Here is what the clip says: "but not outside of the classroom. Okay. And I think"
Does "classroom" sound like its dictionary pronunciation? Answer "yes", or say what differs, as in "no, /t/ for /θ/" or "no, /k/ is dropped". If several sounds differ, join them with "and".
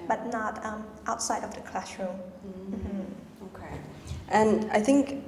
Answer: no, /ʃ/ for /s/